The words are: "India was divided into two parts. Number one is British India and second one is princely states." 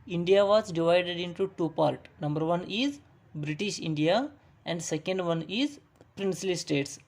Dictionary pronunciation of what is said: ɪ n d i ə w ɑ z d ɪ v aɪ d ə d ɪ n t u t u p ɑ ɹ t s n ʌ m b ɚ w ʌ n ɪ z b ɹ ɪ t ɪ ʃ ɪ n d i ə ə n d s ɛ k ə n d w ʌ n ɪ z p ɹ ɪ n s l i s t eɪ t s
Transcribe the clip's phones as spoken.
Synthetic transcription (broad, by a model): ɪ n d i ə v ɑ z d ɪ v aɪ d ə d ɪ n t u t u p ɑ ɹ t n ʌ m b ɚ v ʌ n ɪ z b ɹ ɪ t ɪ ʃ ɪ n d i ə ə n d s ɛ k ə n d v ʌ n ɪ z p ɹ ɪ n s l i s t eɪ t s